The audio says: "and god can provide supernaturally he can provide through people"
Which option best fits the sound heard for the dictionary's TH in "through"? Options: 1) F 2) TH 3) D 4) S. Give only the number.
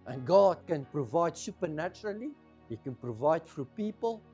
1